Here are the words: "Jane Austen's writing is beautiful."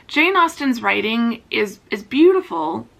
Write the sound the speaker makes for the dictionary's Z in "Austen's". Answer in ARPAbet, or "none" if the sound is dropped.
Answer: Z